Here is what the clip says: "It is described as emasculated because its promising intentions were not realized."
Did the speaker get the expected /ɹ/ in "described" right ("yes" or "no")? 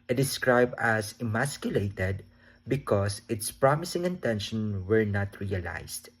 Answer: yes